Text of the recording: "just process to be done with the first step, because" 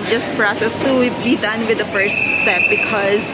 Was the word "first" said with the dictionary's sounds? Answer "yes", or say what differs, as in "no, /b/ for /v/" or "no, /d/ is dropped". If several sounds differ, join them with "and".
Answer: yes